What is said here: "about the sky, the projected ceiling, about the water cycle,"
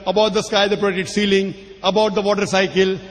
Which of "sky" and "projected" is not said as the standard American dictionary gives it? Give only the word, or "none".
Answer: projected